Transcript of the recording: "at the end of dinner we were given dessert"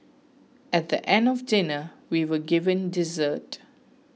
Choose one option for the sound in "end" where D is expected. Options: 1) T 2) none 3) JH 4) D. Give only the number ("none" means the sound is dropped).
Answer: 4